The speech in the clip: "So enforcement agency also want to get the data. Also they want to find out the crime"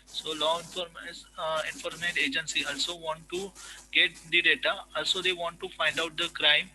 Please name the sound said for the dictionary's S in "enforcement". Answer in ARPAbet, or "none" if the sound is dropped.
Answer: none